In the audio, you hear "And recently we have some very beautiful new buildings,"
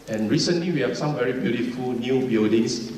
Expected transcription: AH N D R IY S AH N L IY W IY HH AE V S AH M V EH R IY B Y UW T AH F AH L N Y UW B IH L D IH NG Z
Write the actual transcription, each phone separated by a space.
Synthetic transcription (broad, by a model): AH N R IY S AH N L IY W IY HH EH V S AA M V EH R IY B Y UW T AH F AH L N Y UW B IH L D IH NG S